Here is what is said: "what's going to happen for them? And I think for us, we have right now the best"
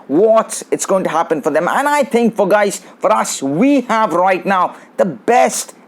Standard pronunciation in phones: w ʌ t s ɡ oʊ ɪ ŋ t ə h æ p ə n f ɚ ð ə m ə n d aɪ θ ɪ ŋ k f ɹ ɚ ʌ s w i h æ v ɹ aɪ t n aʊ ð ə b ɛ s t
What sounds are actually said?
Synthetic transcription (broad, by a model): w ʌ t s ɡ oʊ ɪ ŋ t ə h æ p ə n f ɚ ð ə m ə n aɪ θ ɪ ŋ k f ɹ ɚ ʌ s w i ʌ v ɹ aɪ t n aʊ ð ə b ɛ s t